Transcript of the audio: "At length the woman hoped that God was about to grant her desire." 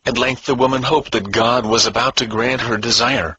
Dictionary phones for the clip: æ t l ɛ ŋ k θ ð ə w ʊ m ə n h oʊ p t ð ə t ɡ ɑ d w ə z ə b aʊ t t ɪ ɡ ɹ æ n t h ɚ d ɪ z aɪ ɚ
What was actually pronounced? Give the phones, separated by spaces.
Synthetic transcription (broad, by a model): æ t l ɛ ŋ k θ ð ə w ʊ m ə n h oʊ p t ð ə t ɡ ɑ d w ə z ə b aʊ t t ɪ ɡ ɹ æ n t h ɚ d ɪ z aɪ ɚ